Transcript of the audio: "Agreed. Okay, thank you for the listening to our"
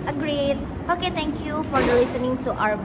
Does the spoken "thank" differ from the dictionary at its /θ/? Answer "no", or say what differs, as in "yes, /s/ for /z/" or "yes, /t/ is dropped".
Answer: yes, /t/ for /θ/